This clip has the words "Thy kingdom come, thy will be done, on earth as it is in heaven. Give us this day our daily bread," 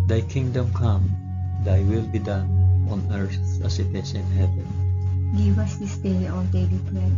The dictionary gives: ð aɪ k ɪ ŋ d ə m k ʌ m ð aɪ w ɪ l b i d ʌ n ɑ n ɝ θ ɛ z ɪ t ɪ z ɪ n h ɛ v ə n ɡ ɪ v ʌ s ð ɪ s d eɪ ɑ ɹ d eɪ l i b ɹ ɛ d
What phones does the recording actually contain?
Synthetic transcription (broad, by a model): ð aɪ k ɪ ŋ d ə m k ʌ m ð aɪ w ɪ l b i d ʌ n ɑ n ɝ s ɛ s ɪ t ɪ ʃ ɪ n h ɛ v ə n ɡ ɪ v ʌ s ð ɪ s d eɪ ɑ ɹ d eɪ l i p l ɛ